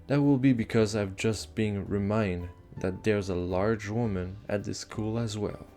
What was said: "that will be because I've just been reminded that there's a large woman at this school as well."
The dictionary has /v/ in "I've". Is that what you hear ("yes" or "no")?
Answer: yes